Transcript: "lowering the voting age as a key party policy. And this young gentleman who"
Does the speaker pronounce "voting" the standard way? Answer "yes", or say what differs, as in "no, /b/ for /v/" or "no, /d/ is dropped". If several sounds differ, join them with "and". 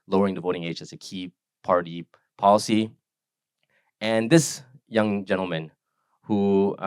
yes